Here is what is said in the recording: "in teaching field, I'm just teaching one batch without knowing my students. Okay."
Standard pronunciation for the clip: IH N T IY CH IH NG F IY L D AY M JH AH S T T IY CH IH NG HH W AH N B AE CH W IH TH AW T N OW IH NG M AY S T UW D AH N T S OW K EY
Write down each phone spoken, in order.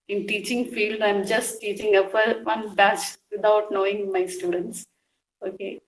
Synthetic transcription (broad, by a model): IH N T IY CH IH NG F IY L D AY M JH AH S T T IY CH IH NG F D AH N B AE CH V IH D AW T N OW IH NG M AY S T UW D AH N T S OW K EY